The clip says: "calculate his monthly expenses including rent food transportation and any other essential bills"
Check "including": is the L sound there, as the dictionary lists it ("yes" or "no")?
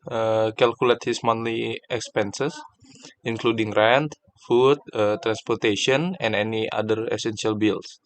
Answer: yes